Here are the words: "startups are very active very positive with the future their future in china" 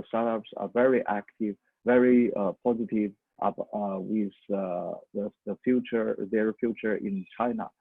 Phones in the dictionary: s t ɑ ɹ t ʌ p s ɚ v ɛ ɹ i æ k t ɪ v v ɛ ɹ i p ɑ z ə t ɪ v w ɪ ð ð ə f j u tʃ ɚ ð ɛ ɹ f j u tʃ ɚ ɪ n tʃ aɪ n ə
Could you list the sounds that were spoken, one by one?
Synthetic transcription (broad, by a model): s t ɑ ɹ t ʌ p s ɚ v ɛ ɹ i æ k t ɪ v v ɛ ɹ i p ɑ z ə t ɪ v w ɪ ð ð ə f j u tʃ ɚ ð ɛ ɹ f j u tʃ ɚ ɪ n tʃ aɪ n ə